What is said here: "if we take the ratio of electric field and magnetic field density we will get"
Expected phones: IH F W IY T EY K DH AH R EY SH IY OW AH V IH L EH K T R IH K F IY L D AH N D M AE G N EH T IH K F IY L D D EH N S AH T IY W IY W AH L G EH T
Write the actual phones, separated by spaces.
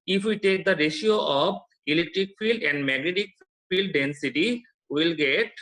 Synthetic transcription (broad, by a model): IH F W IY T EY K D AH R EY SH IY OW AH B IH L EH K T R IH K F IY L D AH N D M AE G N EH T IH K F IY L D D EH N S AH T IY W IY L G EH T